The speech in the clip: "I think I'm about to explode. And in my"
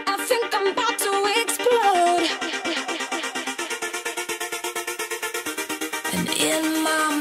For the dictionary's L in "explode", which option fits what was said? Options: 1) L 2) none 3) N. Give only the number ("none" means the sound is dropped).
2